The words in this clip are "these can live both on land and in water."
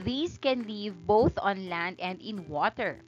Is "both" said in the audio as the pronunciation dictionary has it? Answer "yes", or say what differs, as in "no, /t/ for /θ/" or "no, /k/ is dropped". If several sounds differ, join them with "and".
yes